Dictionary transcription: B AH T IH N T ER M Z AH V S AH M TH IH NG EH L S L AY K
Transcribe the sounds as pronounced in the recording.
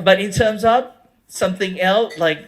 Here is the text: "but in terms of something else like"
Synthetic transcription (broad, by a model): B AH T IH N T ER M Z AH V S AH M TH IH NG EH L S L AY K